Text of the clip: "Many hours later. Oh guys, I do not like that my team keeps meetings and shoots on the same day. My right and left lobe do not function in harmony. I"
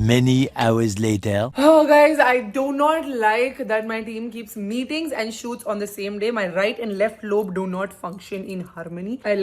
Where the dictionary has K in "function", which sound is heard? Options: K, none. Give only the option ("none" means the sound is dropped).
K